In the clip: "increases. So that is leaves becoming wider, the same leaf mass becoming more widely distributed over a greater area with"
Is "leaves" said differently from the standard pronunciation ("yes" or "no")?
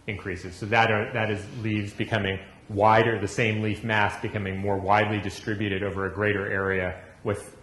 no